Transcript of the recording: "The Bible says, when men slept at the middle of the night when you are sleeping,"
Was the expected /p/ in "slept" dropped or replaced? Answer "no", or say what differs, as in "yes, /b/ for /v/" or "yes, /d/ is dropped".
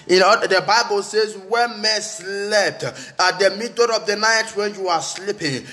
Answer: yes, /f/ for /p/